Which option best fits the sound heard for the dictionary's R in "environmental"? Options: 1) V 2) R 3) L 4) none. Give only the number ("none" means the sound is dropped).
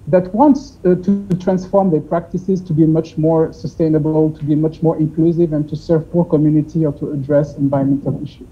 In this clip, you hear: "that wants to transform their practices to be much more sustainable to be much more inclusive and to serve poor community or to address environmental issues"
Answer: 4